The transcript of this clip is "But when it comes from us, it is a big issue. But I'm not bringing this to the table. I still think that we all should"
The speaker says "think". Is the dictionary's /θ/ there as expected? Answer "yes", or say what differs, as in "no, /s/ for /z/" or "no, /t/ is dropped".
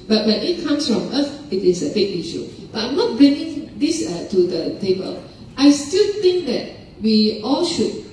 no, /t/ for /θ/